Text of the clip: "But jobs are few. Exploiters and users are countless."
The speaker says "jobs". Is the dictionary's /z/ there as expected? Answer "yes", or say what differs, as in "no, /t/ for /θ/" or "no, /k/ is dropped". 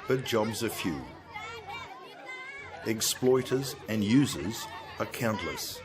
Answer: yes